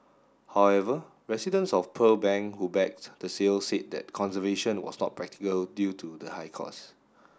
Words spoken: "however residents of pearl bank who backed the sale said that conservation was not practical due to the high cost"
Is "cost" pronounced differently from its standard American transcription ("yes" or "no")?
yes